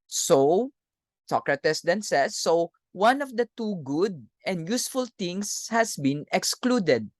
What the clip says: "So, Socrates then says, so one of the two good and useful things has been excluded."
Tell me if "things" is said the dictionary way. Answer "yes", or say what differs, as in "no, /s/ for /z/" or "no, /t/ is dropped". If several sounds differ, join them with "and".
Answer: no, /t/ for /θ/ and /s/ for /z/